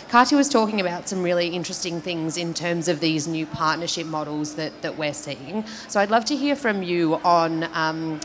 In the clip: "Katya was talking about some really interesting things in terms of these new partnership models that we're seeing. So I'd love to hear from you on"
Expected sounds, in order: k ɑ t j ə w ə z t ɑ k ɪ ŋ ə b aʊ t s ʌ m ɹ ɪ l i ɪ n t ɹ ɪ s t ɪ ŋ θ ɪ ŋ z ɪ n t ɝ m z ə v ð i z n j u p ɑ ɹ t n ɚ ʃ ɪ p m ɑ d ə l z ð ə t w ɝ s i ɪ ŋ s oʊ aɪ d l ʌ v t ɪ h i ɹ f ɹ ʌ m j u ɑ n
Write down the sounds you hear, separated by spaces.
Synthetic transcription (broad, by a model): k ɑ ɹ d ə w ə z t ɑ k ɪ ŋ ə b aʊ t s ʌ m ɹ ɪ l i ɪ n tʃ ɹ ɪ s t ɪ ŋ θ ɪ ŋ z ɪ n t ɝ m z ə v ð i z n j u p ɑ ɹ t n ɚ ʃ ɪ p m ɑ d l z ð ə t w ɝ s i ɪ ŋ s oʊ aɪ d l ʌ v t ɪ h i ɹ f ɹ ʌ m j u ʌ n